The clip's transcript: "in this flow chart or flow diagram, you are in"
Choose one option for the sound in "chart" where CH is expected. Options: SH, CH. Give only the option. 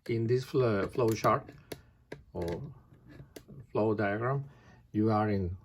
SH